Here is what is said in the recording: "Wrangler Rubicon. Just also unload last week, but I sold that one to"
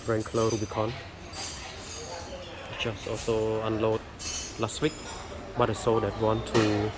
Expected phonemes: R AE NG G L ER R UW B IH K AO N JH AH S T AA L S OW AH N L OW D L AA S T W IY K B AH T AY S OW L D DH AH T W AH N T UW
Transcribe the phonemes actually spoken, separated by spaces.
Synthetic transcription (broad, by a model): R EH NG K L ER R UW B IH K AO N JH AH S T AA L S OW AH N L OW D L AA S T W IY K B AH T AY S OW D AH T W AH N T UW